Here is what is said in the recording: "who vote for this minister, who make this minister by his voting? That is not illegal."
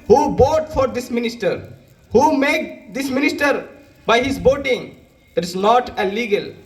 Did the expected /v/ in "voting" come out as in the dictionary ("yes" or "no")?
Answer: no